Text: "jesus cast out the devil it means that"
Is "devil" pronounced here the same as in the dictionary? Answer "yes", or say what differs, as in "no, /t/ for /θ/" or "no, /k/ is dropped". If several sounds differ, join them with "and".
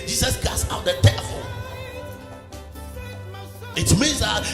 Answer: no, /p/ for /v/